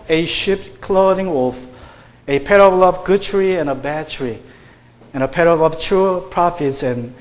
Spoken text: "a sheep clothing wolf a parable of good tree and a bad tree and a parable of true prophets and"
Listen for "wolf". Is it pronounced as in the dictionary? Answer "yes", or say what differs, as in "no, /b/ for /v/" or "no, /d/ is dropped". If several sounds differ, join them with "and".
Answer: no, /l/ is dropped